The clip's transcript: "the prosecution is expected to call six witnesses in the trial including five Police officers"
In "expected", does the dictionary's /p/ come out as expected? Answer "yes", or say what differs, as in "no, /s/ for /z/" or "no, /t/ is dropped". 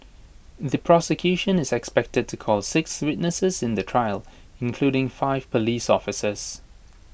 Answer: yes